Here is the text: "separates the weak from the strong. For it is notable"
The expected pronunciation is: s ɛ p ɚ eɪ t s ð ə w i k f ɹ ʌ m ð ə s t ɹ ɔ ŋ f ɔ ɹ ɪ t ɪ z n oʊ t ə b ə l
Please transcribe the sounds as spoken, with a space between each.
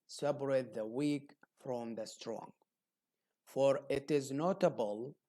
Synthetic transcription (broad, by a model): s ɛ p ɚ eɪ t ð ə w i k f ɹ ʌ m ð ə s t ɹ ɔ ŋ f ɔ ɹ ɪ t ɪ z n oʊ t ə b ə l